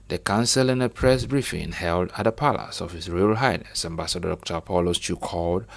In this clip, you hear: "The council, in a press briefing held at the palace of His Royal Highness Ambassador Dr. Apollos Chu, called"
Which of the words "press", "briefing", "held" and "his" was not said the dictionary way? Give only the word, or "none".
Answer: his